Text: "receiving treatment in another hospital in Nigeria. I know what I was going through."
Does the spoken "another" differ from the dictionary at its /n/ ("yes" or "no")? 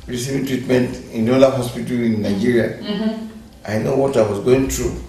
yes